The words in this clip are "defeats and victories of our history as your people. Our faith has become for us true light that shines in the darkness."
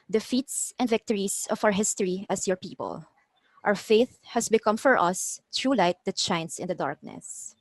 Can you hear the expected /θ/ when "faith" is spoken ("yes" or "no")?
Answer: yes